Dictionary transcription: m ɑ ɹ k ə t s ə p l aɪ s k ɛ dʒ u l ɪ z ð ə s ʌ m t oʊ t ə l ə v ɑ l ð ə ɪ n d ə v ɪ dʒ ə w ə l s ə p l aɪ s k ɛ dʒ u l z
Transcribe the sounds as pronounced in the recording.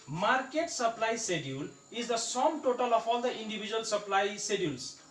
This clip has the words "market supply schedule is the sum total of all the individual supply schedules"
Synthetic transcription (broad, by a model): m ɑ ɹ k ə t s ə p l aɪ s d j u l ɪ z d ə s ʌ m t oʊ t ə l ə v ɑ l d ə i n d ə b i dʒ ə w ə l s ə p l aɪ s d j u l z